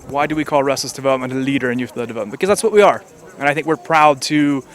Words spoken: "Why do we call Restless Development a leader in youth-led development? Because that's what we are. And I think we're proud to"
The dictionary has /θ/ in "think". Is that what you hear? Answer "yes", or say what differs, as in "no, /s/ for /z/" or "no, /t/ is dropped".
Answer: yes